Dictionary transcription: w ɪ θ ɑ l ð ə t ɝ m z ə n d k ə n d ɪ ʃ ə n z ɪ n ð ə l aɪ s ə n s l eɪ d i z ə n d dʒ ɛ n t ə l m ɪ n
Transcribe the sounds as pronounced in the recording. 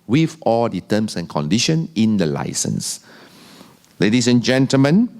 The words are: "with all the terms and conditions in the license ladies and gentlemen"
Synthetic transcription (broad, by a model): w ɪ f ɑ l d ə t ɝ m s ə n k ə n d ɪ ʃ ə n ɪ n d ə l aɪ s ə n s l eɪ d i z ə n dʒ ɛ n t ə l m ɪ n